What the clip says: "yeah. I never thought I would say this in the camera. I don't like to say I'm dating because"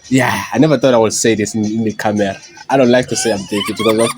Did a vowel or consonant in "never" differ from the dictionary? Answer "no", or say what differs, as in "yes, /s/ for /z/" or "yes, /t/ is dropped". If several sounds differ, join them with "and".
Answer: no